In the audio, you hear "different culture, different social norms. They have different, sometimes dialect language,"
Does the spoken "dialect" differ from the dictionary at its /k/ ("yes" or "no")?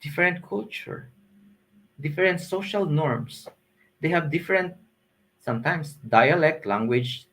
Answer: no